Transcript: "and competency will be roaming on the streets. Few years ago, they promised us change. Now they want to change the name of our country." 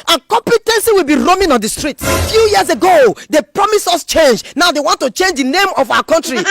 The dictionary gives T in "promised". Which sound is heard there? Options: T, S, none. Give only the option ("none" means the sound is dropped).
none